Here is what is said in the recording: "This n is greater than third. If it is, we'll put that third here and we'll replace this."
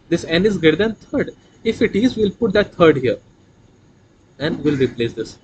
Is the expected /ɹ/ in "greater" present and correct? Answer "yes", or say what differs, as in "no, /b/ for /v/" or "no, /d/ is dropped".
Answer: no, /ɹ/ is dropped